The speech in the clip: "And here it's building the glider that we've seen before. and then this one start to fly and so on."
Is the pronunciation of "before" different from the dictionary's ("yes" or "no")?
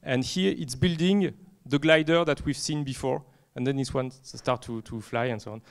no